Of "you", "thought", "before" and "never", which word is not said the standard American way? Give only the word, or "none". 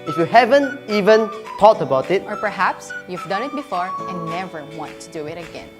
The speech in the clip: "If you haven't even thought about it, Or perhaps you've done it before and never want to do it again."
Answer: thought